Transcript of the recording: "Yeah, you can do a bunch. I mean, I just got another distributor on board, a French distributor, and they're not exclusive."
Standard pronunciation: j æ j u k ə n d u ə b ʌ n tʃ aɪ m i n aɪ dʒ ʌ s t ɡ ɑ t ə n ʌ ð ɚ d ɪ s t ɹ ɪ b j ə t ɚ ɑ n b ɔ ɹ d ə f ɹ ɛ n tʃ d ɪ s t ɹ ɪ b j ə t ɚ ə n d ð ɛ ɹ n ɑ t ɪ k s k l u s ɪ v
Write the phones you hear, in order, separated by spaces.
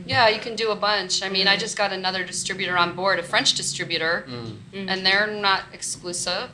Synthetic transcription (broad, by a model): j æ j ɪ k ə n d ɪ ə b ʌ n tʃ aɪ m i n aɪ dʒ ʌ s ɡ ɑ t ə n ʌ ð ɚ d ɪ s t ɹ ɪ b j ə t ɚ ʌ n b ɔ ɹ d ə f ɹ ɛ n tʃ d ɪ s t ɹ ɪ b j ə t ɚ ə n ð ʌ ɹ n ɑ t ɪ k s k l u s ɪ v